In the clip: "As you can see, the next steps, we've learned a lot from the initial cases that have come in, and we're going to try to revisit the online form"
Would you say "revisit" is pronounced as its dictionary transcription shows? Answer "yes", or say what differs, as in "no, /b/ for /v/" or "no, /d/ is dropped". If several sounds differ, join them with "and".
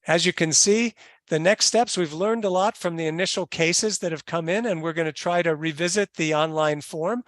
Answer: yes